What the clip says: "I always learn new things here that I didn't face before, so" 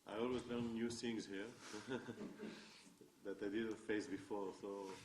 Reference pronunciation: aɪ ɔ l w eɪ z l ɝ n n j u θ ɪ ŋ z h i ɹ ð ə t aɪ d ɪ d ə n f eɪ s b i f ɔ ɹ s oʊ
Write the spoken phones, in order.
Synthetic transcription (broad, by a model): aɪ ɔ l w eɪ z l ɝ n n j u s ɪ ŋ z h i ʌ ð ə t aɪ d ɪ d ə f eɪ s b i f ɔ ɹ s oʊ